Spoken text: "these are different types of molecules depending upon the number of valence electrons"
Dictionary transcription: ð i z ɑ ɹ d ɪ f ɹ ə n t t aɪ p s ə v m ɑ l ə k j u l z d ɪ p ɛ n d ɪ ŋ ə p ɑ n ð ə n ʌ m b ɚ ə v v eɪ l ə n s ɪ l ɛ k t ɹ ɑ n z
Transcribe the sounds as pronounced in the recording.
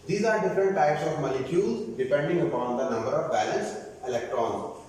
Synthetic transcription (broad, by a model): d i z ɑ ɹ d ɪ f ɹ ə n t t aɪ p s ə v m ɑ l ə k j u l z d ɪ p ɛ n d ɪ ŋ ə p ɑ n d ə n ʌ m b ɚ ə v b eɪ l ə n s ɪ l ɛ k t ɹ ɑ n